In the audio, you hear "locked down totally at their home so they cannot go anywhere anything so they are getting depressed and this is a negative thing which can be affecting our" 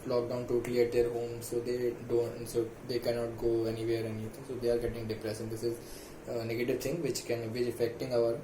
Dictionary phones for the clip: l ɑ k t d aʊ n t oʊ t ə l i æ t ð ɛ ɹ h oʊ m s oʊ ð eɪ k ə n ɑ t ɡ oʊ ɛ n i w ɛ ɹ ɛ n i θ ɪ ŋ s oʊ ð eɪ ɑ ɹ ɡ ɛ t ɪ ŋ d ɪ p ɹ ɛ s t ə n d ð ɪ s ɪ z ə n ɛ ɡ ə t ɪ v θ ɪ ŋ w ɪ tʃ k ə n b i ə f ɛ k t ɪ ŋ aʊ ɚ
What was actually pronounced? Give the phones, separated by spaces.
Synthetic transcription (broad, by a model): l ɑ k d aʊ n t oʊ t ə l i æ t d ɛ ɹ h oʊ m s oʊ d eɪ k ə n ɑ t ɡ oʊ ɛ n i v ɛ ɹ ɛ n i t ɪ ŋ s oʊ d eɪ ɑ ɹ ɡ ɛ t ɪ ŋ d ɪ p ɹ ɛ s ə n d ɪ s ɪ z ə n ɛ ɡ ə t ɪ v t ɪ ŋ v ɪ tʃ k ə n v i ə f ɛ k t ɪ ŋ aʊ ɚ